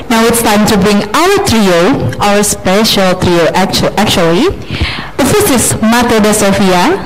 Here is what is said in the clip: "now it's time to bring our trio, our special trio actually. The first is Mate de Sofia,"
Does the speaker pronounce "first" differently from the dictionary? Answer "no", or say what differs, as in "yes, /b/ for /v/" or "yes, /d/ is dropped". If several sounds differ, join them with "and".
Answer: yes, /t/ is dropped